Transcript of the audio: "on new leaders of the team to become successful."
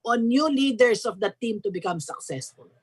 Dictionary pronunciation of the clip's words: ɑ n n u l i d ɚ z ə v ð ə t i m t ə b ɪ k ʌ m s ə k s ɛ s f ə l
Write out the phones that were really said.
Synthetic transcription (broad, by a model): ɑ n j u l i d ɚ s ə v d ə t i m t ə b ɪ k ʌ m s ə k s ɛ s f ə l